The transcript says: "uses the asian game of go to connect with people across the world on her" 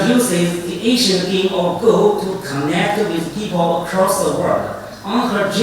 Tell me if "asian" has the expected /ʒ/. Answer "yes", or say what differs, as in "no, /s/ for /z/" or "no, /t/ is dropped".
no, /ʃ/ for /ʒ/